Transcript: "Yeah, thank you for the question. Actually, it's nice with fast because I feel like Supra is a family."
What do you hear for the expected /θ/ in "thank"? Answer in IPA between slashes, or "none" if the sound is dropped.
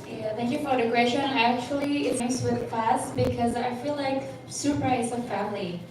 /θ/